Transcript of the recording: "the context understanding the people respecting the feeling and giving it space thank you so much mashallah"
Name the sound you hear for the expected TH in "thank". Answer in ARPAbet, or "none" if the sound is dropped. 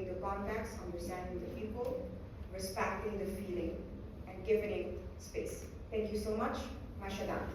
T